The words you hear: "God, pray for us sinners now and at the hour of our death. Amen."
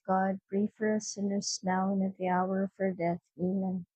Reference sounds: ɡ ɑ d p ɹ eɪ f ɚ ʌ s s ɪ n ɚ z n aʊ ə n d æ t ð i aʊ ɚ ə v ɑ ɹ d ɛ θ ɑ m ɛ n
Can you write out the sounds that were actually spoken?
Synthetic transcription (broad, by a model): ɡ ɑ d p ɹ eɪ f ɚ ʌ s s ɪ n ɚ s n aʊ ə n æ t ð i aʊ ɚ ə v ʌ ɹ d ɛ θ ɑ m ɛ n